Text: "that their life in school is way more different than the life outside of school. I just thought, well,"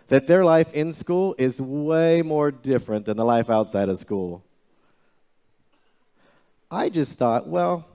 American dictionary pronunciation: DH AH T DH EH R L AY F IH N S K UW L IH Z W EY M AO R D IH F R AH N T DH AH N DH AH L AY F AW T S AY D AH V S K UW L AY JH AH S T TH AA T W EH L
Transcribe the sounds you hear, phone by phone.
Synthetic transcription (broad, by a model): DH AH T DH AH R L AY F IH N S K UW L IH Z W EY M AO R D IH F R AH N DH AH N DH AH L AY F AW T S AY D AH V S K UW L AY JH AH S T TH AA T W EH L